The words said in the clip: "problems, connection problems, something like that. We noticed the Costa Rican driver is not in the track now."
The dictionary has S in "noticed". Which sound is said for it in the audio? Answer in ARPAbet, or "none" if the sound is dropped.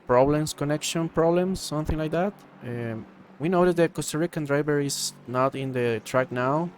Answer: none